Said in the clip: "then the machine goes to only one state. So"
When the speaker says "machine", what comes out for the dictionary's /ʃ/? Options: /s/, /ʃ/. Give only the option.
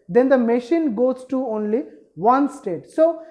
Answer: /ʃ/